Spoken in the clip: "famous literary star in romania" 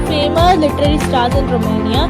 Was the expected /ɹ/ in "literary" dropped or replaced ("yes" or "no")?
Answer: no